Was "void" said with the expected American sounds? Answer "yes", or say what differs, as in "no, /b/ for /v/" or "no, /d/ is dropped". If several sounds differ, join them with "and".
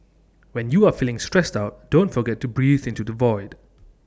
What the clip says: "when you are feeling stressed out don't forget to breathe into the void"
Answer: yes